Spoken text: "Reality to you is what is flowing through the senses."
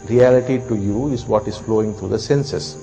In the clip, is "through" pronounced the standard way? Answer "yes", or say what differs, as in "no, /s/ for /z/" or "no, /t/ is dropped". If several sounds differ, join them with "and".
no, /t/ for /θ/